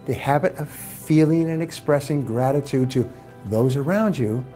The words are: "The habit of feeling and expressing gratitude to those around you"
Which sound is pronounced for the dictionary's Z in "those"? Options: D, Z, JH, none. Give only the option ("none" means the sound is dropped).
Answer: Z